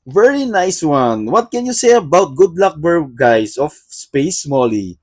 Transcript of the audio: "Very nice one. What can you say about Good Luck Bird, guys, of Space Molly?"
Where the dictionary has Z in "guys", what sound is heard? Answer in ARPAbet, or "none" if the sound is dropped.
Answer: S